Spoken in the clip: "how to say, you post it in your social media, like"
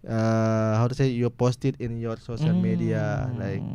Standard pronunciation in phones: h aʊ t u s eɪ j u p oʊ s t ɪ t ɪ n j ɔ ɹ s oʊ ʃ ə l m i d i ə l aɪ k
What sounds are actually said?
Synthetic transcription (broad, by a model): h aʊ t u s eɪ j u p oʊ s t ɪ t ɪ n j ɔ ɹ s oʊ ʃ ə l m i d i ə l aɪ k